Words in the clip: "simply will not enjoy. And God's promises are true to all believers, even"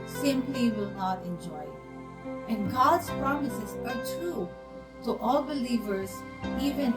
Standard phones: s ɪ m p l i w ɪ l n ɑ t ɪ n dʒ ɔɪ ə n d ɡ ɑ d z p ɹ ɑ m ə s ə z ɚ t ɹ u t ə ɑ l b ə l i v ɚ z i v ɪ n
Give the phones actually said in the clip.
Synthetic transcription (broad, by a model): s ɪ m p l i w ɪ l n ɑ t ɪ n dʒ ɔɪ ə n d ɡ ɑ d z p ɹ ɑ m ə s ə z ɚ t ɹ u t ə ɑ l b ə l i v ɚ z i v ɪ n